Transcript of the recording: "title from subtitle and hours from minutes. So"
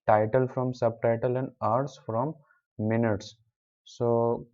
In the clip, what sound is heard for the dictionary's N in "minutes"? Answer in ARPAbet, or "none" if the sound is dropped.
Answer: N